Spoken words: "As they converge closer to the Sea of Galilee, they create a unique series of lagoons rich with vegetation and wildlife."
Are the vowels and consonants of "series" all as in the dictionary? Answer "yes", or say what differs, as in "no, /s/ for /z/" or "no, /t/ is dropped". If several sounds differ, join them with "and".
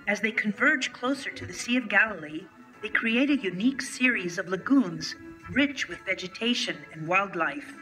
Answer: yes